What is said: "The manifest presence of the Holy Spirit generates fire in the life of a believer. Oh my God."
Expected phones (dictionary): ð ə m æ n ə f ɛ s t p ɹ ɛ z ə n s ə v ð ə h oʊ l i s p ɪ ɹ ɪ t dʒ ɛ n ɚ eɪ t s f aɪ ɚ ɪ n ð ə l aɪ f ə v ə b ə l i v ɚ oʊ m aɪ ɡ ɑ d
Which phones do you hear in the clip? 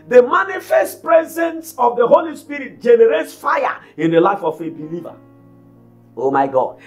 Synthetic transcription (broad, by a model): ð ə m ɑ n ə f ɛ s t p ɹ ɛ z ə n s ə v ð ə h oʊ l i s p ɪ ɹ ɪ t dʒ ɛ n ɚ eɪ t s f aɪ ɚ ɪ n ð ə l aɪ f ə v ə b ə l i v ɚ oʊ m aɪ ɡ ɑ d